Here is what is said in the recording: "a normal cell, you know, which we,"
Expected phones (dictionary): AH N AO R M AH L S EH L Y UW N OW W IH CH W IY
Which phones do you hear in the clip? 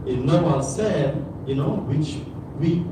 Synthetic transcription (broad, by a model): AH N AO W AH N S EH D Y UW N OW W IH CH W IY